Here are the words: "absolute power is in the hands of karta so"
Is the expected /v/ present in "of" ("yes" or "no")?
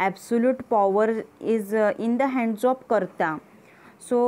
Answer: no